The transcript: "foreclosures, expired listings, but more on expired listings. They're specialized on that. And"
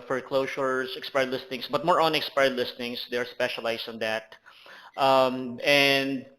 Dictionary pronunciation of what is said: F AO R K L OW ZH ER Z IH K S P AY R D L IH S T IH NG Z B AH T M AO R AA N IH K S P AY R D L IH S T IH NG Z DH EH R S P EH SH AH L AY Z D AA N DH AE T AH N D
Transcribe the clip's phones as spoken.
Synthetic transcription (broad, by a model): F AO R K L OW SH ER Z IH K S P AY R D L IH S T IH NG S B AH T M AO R AA N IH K S P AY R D L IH S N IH NG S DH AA R S P EH SH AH L AY S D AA N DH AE T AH N D